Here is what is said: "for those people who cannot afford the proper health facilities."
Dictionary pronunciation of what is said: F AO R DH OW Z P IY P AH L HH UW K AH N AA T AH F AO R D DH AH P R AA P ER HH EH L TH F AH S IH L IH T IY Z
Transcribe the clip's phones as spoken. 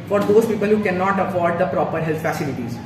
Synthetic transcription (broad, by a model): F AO R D OW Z P IY P AH L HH UW K AH N AA T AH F AO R D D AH P R AA P ER HH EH L T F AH S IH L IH T IY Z